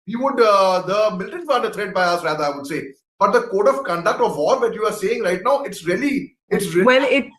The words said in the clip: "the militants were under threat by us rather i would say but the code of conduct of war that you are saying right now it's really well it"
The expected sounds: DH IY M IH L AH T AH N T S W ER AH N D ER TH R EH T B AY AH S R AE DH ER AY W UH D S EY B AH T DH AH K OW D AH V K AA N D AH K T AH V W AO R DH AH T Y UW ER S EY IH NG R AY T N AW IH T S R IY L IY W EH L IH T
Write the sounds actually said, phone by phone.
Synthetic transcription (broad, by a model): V IY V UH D AH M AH L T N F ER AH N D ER T R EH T B AY AH S R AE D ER AY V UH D S EY B AH T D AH K OW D AH V K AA N D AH K T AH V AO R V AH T Y UW ER S EY IH NG R AY T N AW IH T S R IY L IY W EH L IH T